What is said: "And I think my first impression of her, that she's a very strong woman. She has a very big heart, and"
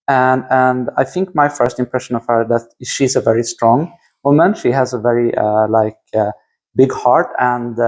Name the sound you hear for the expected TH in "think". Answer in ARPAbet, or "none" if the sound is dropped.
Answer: TH